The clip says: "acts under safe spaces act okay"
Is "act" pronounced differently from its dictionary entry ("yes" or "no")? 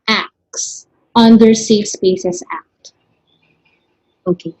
no